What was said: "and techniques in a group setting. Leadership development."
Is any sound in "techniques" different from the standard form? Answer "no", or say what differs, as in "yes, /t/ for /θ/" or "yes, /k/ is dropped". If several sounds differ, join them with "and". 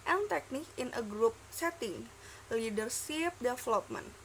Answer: yes, /s/ is dropped